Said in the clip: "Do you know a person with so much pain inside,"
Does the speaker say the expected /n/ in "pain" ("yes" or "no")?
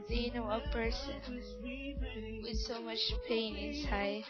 yes